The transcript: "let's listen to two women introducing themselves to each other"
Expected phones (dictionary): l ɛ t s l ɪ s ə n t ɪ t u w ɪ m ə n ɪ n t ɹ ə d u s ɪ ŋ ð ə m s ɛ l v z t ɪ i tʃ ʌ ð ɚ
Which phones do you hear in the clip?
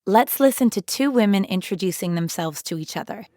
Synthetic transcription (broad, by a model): l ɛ t s l ɪ s ə n t ɪ t u w ɪ m ə n ɪ n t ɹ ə d u s ɪ ŋ ð ə m s ɛ l v z t ɪ i tʃ ʌ ð ɚ